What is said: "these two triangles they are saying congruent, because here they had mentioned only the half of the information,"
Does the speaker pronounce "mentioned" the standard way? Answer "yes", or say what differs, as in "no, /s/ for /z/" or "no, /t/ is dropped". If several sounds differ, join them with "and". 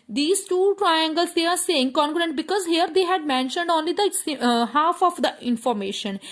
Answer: yes